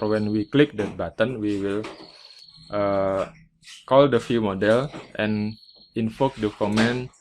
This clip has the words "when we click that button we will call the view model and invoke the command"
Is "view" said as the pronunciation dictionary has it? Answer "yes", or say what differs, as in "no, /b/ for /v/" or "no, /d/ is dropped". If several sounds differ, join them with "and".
no, /f/ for /v/